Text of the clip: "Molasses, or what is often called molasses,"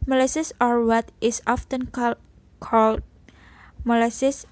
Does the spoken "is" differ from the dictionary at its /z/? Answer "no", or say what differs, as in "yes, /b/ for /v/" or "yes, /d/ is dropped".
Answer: yes, /s/ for /z/